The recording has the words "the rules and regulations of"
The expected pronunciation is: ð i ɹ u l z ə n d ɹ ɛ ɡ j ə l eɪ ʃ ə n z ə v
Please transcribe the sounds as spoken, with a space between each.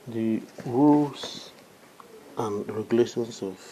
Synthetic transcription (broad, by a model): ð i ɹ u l s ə n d ɹ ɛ ɡ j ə l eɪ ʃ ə n s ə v